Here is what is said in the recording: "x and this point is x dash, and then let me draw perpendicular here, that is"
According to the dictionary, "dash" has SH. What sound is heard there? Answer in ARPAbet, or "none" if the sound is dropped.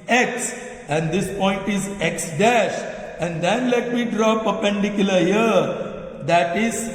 SH